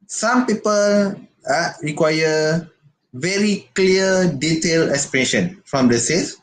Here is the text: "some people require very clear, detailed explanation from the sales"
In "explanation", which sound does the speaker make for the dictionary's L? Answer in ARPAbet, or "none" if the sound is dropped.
none